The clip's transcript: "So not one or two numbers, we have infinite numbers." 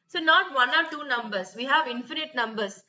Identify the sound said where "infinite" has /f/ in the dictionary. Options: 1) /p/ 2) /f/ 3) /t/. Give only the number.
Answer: 2